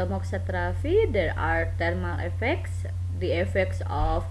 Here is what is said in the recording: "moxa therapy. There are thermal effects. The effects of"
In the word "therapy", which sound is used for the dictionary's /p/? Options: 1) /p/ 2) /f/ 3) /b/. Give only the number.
2